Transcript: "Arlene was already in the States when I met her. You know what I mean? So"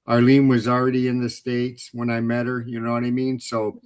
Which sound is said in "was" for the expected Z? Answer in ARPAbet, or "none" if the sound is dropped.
Z